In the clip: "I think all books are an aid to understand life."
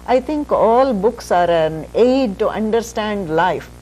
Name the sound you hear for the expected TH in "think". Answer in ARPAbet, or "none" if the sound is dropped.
T